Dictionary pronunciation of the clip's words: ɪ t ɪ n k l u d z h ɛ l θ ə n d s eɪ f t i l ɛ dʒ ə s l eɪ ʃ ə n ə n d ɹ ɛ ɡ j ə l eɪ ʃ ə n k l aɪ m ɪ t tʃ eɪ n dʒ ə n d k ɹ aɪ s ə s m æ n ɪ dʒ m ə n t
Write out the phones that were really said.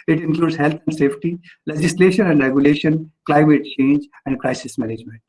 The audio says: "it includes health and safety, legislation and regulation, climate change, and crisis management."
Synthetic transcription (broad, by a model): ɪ t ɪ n k l u d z h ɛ l t ə n d s eɪ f t i l ɛ dʒ ə s l eɪ ʃ ə n ə n d ɹ ɛ ɡ j ə l eɪ ʃ ə n k l aɪ m ɪ t tʃ eɪ n dʒ ə n d k ɹ aɪ s ə s m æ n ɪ dʒ m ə n t